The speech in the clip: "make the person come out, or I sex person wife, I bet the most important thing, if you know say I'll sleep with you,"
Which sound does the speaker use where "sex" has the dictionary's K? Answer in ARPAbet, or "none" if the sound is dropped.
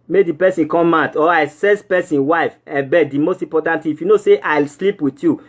none